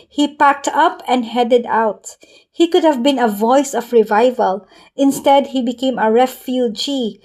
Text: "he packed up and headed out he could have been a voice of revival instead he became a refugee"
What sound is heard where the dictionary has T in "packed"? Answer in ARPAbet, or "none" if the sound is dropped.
T